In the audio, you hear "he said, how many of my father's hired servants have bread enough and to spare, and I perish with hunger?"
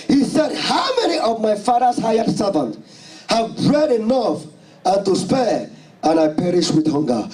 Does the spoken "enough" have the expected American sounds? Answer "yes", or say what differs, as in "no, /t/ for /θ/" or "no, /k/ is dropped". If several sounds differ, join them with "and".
yes